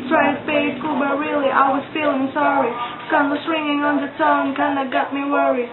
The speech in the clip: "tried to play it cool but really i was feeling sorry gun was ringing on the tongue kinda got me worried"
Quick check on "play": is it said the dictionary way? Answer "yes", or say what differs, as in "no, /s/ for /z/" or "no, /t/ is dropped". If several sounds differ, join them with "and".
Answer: no, /l/ is dropped